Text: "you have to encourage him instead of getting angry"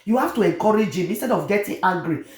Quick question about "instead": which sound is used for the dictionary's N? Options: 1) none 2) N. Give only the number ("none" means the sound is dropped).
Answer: 2